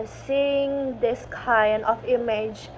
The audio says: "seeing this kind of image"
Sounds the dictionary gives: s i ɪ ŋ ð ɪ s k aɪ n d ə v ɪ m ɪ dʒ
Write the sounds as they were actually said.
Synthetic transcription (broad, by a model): s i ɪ ŋ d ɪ s k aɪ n ə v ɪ m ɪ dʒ